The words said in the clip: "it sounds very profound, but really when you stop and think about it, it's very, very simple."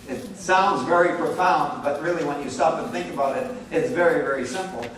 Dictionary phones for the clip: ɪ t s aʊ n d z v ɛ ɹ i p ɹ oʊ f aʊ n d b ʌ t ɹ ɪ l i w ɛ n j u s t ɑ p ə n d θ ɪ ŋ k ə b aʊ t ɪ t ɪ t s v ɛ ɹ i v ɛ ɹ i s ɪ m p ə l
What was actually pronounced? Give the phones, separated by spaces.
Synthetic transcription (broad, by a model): ɪ t s aʊ n d z v ɛ ɹ i p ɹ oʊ f aʊ n d b ʌ t ɹ ɪ l i w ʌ n j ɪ s t ɑ p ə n θ ɪ ŋ k ə b aʊ t ɪ t ɪ t s v ɛ ɹ i v ɛ ɹ i s ɪ m p l